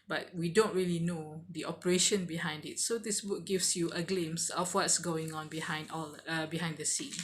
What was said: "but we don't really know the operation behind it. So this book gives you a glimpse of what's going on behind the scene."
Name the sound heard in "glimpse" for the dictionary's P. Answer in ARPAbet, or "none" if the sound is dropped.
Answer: none